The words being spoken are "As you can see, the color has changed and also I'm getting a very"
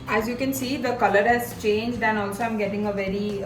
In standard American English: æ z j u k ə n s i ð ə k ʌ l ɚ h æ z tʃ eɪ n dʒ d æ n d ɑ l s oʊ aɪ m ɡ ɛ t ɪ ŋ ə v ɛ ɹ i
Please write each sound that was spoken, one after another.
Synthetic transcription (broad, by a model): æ z j u k ə n s i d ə k ʌ l ɚ h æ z tʃ eɪ n dʒ d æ n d ɑ l s oʊ aɪ m ɡ ɛ t ɪ ŋ ə v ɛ ɹ i